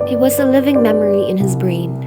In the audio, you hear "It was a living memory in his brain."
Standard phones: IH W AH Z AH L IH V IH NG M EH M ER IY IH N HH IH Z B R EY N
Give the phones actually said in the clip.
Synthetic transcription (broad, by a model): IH W AH Z AH L IH V IH NG M EH M ER IY IH N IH Z B R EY N